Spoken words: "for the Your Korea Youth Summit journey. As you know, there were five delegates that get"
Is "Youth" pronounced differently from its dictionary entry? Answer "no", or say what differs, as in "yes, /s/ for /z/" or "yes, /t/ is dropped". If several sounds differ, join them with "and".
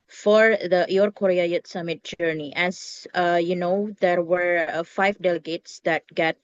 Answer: yes, /t/ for /θ/